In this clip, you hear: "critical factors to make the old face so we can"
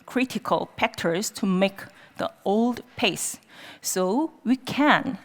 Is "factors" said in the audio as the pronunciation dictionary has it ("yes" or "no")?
no